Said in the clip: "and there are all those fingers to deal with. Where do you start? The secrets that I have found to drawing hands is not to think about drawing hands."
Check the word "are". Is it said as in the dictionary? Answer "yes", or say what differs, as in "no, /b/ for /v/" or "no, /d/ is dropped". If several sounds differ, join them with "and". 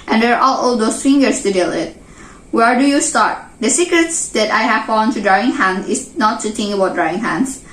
no, /l/ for /ɹ/